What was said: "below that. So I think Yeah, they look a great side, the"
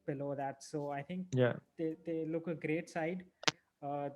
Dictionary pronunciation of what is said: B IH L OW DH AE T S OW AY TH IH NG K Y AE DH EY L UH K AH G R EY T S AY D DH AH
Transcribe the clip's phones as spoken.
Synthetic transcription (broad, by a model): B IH L OW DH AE T S OW AY T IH NG K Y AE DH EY L UH K AH G R EY T S AY D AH